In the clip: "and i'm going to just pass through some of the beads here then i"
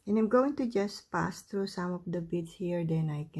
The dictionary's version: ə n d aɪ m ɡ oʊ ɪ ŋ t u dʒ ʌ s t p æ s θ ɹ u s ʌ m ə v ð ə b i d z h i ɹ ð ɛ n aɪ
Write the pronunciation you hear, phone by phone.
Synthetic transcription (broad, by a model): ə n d aɪ m ɡ oʊ ɪ ŋ t u dʒ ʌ s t p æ s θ ɹ u s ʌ m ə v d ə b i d s h i ɹ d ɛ n aɪ